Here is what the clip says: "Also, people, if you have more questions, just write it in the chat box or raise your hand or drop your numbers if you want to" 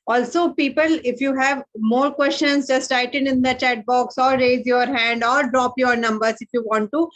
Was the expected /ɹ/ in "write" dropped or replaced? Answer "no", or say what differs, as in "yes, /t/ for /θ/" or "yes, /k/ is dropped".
yes, /l/ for /ɹ/